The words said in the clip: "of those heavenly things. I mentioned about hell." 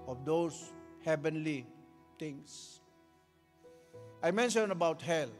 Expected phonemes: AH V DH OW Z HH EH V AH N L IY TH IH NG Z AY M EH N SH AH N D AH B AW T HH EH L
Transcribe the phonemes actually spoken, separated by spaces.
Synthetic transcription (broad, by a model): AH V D OW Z HH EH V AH N L IY T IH NG S AY M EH N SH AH N AH B AW T HH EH L